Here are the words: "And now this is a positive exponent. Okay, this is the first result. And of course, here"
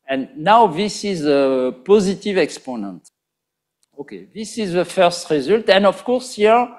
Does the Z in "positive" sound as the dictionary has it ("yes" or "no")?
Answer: yes